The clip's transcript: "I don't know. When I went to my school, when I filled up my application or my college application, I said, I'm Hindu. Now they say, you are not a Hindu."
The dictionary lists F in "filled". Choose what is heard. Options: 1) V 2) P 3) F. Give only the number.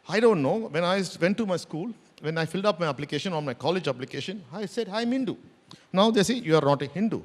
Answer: 3